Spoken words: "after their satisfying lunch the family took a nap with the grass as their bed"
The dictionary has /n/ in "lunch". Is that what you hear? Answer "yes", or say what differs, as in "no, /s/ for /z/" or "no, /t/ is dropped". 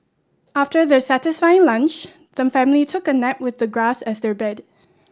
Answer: yes